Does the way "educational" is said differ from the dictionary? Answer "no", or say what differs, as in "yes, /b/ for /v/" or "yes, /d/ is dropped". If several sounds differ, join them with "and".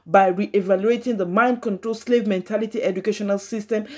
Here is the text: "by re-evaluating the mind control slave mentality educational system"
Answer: no